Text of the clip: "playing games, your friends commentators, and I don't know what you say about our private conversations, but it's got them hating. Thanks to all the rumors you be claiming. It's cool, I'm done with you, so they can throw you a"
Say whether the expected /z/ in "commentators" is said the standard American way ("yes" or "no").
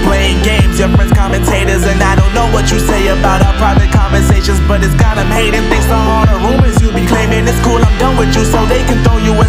yes